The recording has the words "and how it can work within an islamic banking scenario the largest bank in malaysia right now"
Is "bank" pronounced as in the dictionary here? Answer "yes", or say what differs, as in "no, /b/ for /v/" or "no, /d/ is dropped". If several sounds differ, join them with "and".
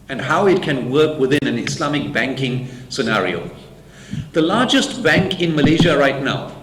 yes